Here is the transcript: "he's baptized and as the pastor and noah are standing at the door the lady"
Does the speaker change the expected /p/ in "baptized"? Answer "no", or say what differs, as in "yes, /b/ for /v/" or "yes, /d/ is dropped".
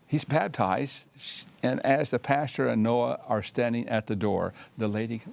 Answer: yes, /b/ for /p/